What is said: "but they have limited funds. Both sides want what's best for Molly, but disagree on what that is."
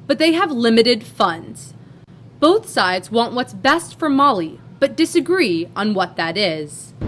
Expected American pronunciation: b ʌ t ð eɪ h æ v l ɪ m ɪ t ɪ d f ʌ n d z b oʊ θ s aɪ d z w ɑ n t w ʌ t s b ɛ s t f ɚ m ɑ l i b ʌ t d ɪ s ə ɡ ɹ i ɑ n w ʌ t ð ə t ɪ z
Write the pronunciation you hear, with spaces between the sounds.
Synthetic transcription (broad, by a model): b ʌ t ð eɪ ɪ v l ɪ m ɪ t ɪ d f ʌ n d z b oʊ θ s aɪ d z w ɑ n t w ʌ t s b ɛ s t f ɚ m ɑ l i b ʌ t d ɪ s ə ɡ ɹ i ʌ n w ʌ t ð ə t ɪ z